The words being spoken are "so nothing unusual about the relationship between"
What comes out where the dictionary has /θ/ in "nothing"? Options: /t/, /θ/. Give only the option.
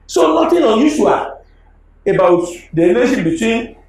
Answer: /t/